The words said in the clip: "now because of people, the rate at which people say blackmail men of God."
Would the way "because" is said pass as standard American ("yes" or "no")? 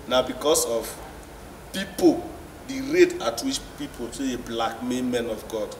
no